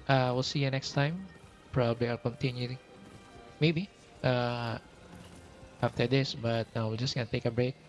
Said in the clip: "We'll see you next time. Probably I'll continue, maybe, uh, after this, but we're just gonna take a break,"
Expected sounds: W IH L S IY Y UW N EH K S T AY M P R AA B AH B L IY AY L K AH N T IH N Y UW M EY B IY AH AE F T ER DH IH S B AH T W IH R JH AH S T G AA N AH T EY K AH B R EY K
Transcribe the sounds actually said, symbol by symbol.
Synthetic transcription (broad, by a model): W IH L S IY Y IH N EH K S T AY M P R AA B AH B L IY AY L K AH N T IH N Y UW M EY B IY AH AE F T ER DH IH S B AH T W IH L JH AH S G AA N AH T EY K AH B R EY K